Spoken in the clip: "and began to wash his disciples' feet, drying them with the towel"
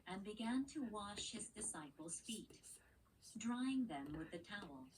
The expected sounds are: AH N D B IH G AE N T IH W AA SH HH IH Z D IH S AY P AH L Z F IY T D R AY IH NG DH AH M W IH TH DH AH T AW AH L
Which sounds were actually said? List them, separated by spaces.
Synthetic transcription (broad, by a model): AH N B IH G AE N T IH W AA SH HH IH Z D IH S AY P L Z F IY T D R AY IH NG DH AH M W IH DH AH T AW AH L